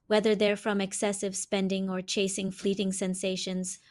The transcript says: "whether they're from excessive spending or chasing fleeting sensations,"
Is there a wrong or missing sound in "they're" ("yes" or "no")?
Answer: no